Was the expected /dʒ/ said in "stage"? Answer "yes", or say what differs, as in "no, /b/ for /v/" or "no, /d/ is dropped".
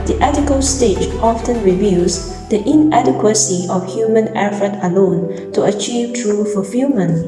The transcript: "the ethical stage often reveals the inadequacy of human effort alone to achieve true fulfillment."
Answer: no, /tʃ/ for /dʒ/